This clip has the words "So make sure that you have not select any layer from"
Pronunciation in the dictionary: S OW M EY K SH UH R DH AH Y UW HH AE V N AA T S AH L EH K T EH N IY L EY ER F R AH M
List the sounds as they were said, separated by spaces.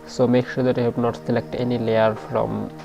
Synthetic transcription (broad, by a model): S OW M EY K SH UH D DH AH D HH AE B N AA T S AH L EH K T EH N IY L EY ER F R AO M